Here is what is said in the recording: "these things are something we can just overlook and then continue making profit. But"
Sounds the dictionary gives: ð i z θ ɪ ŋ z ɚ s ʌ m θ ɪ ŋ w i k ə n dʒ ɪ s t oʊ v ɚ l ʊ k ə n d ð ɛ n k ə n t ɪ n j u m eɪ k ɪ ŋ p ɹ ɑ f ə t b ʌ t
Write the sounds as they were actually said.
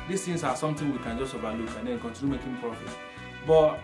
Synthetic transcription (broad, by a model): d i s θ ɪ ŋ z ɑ s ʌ m t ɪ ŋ w i k ə n dʒ ɪ s t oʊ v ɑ l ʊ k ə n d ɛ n k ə n t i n j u m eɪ k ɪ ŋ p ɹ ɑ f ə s b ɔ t